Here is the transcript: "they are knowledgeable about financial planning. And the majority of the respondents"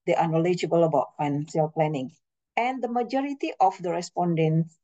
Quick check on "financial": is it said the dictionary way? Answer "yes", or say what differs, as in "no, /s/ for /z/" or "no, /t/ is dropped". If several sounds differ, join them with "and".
no, /s/ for /ʃ/